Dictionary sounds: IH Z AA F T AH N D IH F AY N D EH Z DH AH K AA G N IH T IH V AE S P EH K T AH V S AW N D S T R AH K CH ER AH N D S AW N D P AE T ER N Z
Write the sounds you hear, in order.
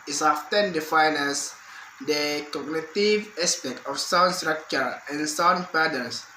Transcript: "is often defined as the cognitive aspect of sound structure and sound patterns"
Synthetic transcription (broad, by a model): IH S AA F T AH N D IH F AY N EH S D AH K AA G N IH T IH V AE S P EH K T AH F S AW N S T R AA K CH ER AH N S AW N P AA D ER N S